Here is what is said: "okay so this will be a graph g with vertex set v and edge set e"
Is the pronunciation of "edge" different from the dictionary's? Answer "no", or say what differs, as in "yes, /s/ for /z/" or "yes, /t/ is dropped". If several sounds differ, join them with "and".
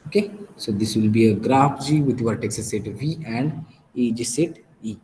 no